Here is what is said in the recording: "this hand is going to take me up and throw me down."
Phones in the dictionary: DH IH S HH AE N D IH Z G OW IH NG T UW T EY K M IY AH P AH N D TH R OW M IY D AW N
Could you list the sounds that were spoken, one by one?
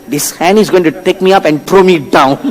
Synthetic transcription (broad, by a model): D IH S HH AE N IH Z G OW IH NG T UW T EY K M IY AH P AH N D T R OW M IY D AW N